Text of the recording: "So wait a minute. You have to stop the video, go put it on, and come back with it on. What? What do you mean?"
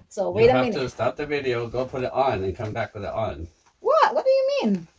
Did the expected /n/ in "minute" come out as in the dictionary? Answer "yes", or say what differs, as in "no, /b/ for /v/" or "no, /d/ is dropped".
no, /n/ is dropped